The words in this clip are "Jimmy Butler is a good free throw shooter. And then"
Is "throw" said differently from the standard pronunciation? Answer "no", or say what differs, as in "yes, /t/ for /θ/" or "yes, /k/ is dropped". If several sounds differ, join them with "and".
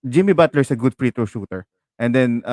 yes, /t/ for /θ/